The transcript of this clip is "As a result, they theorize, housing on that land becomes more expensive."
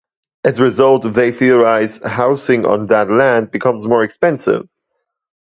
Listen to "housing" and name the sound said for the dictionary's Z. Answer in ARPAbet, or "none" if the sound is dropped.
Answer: S